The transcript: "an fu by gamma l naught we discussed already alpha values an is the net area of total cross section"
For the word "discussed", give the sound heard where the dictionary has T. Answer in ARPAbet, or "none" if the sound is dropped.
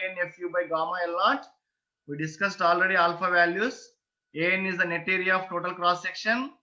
T